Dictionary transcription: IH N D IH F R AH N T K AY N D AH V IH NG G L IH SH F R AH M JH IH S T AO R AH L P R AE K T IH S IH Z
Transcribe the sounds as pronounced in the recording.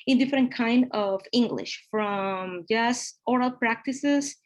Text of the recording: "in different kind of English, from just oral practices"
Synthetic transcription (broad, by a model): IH N D IH F R AH N T K AY N D AH V IH NG G L IH SH F R AH M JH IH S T AO R AH L P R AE K T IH S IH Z